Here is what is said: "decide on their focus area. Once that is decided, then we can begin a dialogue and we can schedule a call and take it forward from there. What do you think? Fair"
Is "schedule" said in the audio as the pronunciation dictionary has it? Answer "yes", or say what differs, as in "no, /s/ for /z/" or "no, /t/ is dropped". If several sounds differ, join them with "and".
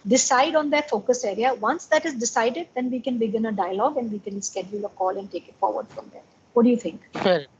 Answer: yes